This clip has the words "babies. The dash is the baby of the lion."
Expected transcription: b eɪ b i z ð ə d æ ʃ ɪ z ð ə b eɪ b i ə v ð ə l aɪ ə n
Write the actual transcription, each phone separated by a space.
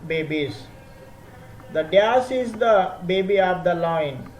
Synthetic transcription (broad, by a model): b eɪ b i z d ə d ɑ s ɪ z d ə b eɪ b i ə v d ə l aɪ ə n